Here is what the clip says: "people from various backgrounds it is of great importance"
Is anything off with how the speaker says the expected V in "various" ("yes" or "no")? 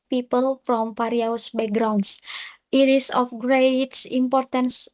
yes